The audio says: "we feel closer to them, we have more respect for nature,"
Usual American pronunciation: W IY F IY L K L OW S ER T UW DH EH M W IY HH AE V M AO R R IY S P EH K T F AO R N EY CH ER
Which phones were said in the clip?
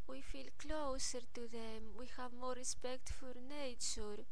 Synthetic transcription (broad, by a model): W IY F IY L K L OW S ER T UW DH EH M W IY HH AE V M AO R R IY S P EH K T F AO R N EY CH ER